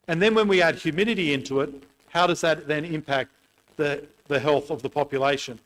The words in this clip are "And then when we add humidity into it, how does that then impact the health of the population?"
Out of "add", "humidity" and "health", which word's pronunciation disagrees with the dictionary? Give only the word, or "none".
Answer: none